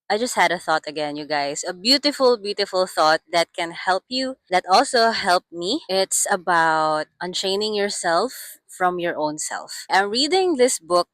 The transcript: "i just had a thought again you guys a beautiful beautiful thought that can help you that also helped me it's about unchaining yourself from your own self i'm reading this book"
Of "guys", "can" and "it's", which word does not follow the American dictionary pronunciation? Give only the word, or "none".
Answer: guys